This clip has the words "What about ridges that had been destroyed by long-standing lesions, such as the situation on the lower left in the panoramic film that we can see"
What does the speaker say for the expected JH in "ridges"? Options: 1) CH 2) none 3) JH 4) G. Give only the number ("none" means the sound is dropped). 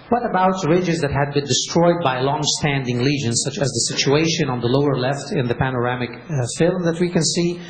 3